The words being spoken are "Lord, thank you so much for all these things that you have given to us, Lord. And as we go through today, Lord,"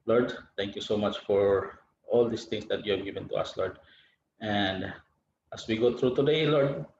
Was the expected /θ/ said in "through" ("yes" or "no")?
no